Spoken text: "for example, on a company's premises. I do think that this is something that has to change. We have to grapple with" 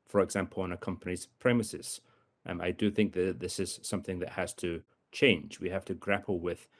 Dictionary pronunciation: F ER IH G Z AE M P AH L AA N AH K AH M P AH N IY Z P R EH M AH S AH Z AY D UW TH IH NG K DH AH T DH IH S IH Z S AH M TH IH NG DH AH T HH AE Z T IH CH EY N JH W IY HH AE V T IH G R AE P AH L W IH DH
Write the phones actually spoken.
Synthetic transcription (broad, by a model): F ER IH G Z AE M P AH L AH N AH K AH M P AH N IY Z P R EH M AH S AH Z AY D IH TH IH NG K DH AH T DH IH S IH Z S AH M TH IH NG DH AH T HH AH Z T IH CH EY N JH W IY HH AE F T IH G R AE P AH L W IH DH